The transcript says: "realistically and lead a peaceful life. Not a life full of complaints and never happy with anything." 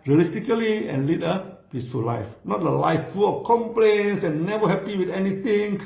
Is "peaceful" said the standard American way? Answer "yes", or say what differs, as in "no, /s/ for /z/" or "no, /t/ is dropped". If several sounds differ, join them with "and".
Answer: yes